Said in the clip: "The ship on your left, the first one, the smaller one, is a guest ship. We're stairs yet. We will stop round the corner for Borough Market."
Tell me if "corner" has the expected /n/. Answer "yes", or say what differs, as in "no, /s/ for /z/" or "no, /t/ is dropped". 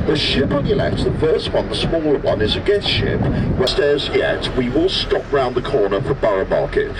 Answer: yes